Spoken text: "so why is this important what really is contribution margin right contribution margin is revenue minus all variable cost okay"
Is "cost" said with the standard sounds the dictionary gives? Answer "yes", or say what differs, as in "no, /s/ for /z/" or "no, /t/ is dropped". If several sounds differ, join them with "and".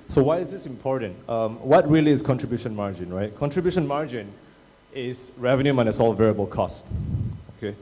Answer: yes